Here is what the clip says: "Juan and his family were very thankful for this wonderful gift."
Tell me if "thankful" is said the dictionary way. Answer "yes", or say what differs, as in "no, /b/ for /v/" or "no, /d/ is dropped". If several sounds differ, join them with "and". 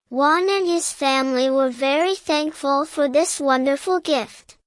yes